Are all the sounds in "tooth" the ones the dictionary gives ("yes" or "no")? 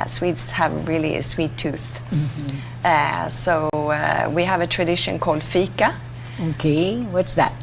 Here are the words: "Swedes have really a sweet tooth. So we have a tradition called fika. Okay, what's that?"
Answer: yes